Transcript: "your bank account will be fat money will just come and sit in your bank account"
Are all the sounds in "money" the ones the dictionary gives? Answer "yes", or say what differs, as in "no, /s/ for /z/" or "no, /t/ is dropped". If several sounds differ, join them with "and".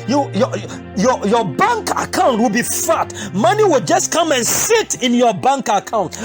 yes